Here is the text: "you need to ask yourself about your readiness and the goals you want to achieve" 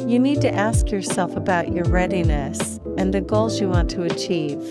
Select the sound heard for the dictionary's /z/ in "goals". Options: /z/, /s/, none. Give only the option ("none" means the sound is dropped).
/z/